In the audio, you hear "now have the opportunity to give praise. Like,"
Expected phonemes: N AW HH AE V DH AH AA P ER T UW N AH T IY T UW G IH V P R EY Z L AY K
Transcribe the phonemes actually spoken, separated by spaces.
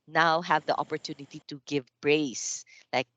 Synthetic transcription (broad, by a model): N AW HH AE V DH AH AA P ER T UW N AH T IY T UW G IH V B R EY S L AY K